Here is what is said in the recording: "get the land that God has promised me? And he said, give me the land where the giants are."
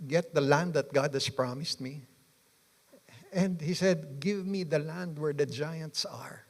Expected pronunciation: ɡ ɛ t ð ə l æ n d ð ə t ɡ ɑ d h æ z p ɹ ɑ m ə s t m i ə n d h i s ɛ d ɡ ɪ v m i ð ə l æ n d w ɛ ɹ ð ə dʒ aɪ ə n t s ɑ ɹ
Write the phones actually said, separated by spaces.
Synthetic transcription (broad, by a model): ɡ ɛ t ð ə l æ n d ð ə t ɡ ɑ d h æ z p ɹ ɑ m ə s t m i ə n d h i s ɛ d ɡ ɪ v m i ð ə l æ n d w ɛ ɹ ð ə dʒ aɪ ə n t s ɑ ɹ